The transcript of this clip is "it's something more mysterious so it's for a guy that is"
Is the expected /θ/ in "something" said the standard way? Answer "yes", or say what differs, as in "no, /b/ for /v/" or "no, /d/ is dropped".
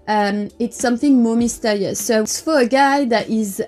yes